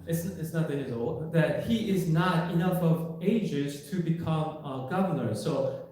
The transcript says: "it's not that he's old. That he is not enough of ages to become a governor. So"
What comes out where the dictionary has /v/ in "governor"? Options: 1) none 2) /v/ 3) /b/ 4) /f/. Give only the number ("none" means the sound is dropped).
2